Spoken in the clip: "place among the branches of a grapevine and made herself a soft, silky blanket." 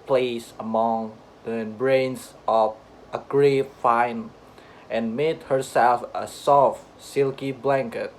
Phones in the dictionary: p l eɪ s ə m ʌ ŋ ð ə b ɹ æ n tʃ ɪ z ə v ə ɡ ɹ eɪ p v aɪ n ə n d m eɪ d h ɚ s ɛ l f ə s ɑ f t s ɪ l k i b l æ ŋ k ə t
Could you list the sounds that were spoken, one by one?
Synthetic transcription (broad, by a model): p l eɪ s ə m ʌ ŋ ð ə b ɹ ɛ n s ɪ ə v ə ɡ ɹ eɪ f aɪ n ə n m eɪ d h ɚ s ɛ l f ə s ɑ f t s ɪ l k i b l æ ŋ k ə t